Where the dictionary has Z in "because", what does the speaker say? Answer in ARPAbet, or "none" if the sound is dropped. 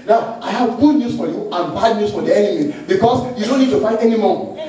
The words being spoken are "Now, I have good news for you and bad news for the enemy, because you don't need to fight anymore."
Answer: S